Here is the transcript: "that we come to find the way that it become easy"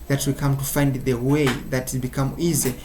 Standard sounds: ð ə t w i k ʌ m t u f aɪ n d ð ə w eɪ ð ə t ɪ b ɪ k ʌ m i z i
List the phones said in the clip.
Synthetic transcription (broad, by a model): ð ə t w i k ʌ m t u f aɪ n d ð ə w eɪ ð ə t ɪ b ɪ k ʌ m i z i